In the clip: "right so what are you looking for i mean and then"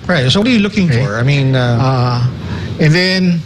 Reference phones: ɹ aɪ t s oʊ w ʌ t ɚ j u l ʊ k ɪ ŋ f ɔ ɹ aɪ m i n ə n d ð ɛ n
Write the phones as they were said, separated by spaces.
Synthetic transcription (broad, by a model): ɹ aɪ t s oʊ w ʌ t ɚ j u l ʊ k ɪ ŋ f ɔ ɹ aɪ m i n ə n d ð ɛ n